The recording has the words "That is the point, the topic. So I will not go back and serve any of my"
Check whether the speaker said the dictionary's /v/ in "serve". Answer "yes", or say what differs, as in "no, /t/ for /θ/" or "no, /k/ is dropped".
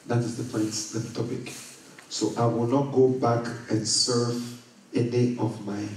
yes